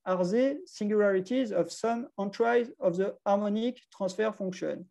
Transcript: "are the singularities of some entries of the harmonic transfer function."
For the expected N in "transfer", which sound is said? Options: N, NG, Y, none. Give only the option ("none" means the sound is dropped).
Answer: none